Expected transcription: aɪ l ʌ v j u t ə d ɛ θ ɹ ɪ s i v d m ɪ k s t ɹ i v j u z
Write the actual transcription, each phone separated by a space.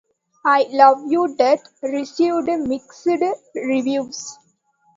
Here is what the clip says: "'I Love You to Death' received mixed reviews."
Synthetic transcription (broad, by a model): aɪ l ʌ v j u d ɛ t ɹ ɪ s i v d m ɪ k s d ɹ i v j u s